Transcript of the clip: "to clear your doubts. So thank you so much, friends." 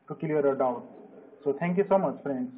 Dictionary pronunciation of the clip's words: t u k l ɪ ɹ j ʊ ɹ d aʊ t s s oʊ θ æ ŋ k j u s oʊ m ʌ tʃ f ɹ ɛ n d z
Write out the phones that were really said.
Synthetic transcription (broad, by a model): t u k ɪ l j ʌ ɹ d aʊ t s s oʊ t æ ŋ k j u s oʊ m ʌ tʃ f ɹ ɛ n d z